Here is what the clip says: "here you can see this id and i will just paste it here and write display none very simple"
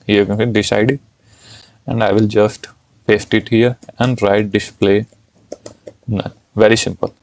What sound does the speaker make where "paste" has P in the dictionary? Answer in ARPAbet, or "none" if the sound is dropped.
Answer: F